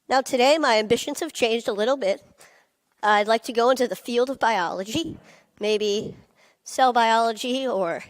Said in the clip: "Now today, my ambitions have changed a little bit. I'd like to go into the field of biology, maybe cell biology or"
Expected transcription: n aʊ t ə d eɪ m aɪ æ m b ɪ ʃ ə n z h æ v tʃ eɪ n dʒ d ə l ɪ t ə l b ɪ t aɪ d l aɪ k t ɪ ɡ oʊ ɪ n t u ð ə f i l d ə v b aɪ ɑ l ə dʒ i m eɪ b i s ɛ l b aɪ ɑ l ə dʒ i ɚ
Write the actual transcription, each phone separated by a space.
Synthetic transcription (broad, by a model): n aʊ t ə d eɪ m aɪ æ m b ɪ ʃ ə n z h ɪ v tʃ eɪ n dʒ d ə l ɪ t l b ɪ t aɪ d l aɪ k t ɪ ɡ oʊ ɪ n t u ð ə f i l d ə v b aɪ ɑ l ə dʒ i m eɪ b i s ɛ l b aɪ ɑ l ə dʒ i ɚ